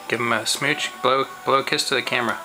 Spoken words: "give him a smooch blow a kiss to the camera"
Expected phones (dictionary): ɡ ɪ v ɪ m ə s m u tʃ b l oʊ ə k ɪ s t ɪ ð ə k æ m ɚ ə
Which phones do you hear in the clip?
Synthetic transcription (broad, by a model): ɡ ɪ v ɪ m ə s m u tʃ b l oʊ ə k ɪ s t ɪ ð ə k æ m ɚ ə